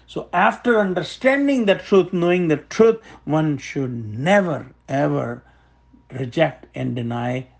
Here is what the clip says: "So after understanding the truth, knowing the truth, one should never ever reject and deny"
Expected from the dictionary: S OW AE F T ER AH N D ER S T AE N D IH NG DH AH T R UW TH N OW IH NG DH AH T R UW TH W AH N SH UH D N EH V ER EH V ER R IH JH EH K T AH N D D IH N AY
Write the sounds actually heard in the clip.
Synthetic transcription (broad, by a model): S OW AE F T ER AH N D ER S T AE N D IH NG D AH T R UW T N OW IH NG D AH T R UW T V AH N SH UH D N EH V ER EH V ER R IH JH EH K T AH N D D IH N AY